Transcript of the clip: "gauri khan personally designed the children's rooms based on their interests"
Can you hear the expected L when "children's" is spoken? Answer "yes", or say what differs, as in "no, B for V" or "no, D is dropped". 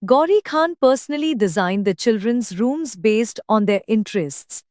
yes